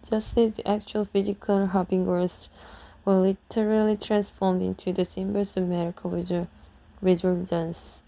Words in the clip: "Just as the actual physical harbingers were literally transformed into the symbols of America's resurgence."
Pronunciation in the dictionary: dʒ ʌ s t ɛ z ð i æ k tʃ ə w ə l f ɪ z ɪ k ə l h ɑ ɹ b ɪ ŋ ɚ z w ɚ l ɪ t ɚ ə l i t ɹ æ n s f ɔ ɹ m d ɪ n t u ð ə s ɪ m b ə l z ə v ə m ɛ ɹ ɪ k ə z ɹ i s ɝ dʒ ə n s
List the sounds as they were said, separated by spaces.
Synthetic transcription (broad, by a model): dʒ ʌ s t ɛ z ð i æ k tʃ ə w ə l f ɪ z ɪ k ə l h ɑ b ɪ ŋ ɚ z w ɚ l ɪ t ɚ ə l i t ɹ æ n s f ɔ ɹ m d ɪ n t u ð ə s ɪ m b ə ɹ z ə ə m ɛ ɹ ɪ k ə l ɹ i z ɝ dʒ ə n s